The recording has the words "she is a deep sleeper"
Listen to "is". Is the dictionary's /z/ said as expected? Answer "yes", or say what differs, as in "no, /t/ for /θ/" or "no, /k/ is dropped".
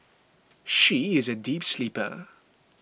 yes